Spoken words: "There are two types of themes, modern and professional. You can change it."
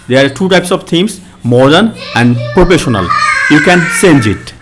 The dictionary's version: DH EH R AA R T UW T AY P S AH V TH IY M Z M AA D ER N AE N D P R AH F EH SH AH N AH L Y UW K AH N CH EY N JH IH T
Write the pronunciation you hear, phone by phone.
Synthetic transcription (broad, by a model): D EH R AA R T UW T AY P S AH V T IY M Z M AA D ER N AE N D P R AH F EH SH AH N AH L Y UW K AH N S EY N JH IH T